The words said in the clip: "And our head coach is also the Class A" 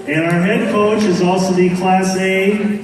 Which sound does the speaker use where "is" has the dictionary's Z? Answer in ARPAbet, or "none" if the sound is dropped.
Z